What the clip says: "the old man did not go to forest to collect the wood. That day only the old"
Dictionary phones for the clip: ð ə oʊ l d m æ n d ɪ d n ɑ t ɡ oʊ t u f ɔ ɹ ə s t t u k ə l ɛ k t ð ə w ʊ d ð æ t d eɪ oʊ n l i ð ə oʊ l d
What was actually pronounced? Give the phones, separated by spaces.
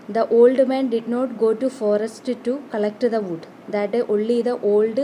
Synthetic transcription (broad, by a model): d ə oʊ l d m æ n d ɪ d n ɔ t ɡ oʊ t u f ɔ ɹ ə s t t u k ə l ɛ k t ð ə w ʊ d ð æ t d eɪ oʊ l i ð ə oʊ l d